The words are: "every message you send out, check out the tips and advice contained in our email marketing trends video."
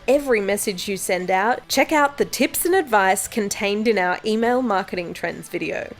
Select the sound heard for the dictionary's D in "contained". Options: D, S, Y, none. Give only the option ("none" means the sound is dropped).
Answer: D